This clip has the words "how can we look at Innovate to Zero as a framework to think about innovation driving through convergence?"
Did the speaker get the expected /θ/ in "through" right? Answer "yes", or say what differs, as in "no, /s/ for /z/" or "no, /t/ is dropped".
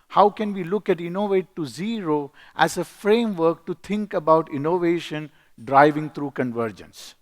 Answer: no, /t/ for /θ/